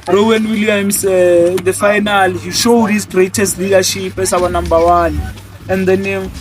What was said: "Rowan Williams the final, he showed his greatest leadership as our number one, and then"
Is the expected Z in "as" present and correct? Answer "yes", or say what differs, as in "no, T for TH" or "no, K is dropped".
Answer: no, S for Z